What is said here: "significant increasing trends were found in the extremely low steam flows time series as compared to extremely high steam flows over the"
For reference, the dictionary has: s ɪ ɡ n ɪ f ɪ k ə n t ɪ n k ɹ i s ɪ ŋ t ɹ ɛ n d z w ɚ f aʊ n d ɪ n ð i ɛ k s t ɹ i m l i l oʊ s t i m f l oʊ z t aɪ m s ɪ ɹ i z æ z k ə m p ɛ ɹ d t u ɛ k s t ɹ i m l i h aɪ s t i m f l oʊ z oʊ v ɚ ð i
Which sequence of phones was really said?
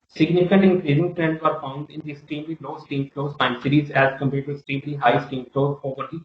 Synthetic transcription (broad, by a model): s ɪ ɡ n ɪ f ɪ k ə n t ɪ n k ɹ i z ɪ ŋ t ɹ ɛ n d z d f aʊ n d ɪ n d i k s t ɹ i m l i l oʊ s t i m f l oʊ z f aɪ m s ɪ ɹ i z æ z k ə m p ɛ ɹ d t u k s t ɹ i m l i h aɪ s t i m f l oʊ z oʊ v ɚ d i